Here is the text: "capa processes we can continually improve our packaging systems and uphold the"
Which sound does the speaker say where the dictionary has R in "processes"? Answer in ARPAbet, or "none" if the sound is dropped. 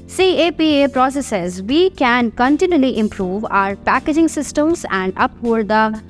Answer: R